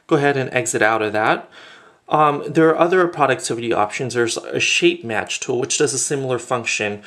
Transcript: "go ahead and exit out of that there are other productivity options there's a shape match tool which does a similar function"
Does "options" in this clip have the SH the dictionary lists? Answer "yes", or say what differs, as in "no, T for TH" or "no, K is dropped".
yes